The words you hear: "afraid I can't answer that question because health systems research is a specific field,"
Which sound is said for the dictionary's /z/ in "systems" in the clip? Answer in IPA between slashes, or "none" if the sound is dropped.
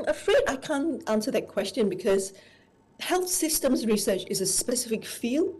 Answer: /z/